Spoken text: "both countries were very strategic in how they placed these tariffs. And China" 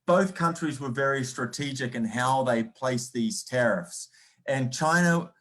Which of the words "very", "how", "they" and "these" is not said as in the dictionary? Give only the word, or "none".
none